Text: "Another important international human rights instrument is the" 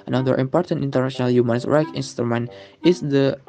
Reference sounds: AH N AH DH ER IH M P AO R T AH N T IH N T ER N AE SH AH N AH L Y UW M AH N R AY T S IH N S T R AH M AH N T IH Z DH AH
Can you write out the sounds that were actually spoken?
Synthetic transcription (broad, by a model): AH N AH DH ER IH M P AO R T AH N T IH N T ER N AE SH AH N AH L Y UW M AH N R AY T IH N S T R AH M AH N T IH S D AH